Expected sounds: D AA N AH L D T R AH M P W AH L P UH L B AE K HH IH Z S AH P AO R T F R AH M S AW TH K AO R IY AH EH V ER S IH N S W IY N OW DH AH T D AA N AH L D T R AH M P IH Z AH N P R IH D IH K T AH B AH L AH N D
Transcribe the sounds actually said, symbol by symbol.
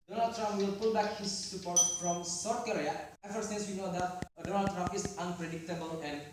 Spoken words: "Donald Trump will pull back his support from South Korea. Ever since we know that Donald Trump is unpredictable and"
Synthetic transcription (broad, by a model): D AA N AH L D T R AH M P W AH L P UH L B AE K HH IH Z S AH P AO R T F R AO M S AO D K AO R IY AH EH F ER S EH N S W IY N OW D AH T D AA N AH L D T R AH M P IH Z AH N P R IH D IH K T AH B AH L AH N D